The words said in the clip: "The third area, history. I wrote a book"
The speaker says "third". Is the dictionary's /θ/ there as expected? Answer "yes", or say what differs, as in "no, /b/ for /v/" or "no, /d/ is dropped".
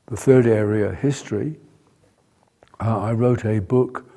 yes